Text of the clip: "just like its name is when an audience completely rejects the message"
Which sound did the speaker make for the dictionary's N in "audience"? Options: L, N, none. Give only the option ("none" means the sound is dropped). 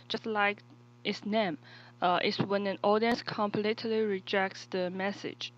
N